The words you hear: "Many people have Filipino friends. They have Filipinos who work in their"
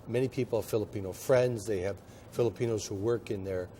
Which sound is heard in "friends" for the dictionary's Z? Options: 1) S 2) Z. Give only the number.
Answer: 2